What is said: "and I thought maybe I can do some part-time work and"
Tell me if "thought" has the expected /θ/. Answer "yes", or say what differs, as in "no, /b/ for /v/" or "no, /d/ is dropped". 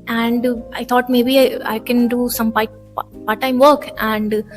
no, /t/ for /θ/